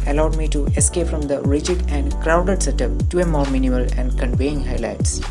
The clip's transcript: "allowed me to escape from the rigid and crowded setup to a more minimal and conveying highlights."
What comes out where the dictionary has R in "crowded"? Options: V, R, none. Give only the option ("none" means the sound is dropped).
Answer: R